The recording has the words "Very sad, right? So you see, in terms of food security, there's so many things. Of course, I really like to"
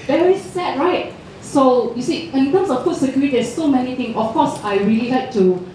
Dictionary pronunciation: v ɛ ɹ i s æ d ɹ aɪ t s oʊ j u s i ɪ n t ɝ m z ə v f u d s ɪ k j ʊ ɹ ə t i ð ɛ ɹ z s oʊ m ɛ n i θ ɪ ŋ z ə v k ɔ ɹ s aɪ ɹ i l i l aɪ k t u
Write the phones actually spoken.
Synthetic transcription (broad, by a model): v ɛ ɹ i s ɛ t ɹ aɪ t s oʊ j u s i ɪ n t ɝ m s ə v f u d s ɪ k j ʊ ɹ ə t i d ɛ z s oʊ m ɛ n i t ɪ ŋ ə f k ɔ s aɪ ɹ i l i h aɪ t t u